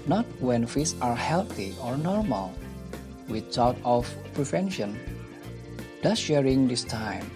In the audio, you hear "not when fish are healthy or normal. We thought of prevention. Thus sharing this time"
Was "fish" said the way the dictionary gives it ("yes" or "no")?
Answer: no